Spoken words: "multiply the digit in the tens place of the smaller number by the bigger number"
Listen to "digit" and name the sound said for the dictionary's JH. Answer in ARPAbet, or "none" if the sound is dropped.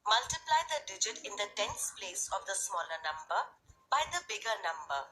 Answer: JH